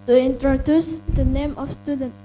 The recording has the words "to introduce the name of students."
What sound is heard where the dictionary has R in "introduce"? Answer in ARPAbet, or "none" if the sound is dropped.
R